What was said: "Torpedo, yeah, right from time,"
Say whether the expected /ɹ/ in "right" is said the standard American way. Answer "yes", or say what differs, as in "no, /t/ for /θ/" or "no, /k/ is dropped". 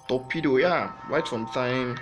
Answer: no, /w/ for /ɹ/